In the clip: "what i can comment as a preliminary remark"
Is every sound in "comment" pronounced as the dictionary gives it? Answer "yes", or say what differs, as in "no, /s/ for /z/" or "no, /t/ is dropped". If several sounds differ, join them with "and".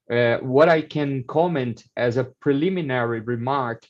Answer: yes